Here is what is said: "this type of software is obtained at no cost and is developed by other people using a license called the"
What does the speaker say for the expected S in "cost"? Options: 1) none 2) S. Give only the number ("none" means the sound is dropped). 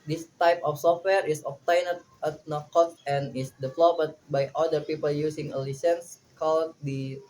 1